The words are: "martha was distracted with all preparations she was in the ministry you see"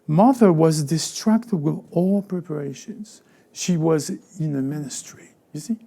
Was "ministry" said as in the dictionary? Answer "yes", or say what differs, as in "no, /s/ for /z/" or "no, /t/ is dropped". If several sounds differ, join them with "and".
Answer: yes